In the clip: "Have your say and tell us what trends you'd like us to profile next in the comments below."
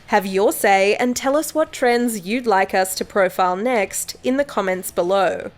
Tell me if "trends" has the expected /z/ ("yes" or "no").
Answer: yes